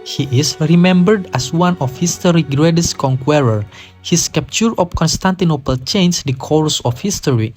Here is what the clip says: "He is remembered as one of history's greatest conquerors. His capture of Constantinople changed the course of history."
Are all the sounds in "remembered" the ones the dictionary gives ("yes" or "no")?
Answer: yes